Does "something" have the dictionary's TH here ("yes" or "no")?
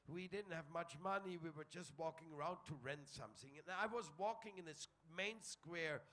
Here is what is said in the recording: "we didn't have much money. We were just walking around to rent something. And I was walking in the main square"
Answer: yes